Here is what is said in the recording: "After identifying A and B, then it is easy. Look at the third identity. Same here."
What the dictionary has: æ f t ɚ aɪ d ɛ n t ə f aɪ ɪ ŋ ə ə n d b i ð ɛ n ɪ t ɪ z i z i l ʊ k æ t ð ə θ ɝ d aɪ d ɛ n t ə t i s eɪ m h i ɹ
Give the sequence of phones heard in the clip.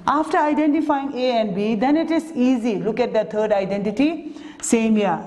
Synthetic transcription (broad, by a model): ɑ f t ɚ aɪ d ɛ n t ə f aɪ ɪ ŋ ə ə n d b i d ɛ n ɪ t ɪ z i z i l ʊ k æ t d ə t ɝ d aɪ d ɛ n t ə t i s eɪ m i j